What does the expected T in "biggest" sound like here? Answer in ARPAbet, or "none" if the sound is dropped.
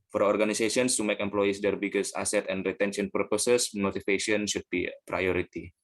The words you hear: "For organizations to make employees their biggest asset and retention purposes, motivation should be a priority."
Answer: none